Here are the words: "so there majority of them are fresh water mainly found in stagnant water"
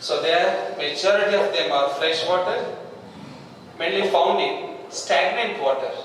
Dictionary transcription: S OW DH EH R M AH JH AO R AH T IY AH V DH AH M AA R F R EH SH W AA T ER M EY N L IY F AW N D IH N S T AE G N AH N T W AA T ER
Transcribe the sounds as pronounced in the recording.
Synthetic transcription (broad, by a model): S OW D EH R M AH JH AO R AH T IY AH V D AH M AA R F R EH SH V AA T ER M EY N L IY F AW N D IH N S T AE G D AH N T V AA T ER